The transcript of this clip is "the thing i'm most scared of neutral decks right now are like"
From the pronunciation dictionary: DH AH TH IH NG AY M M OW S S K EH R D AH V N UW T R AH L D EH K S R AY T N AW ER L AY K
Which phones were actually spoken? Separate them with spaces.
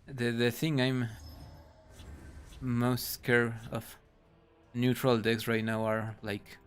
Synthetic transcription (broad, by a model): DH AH TH IH NG AY M M OW S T K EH R AH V N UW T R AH L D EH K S R AY T N AW ER L AY K